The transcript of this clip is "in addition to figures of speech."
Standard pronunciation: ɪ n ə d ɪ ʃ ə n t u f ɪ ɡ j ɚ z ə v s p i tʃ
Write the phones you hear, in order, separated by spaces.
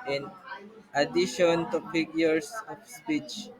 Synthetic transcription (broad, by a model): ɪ n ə d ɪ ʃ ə n t u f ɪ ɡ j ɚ s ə f s p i tʃ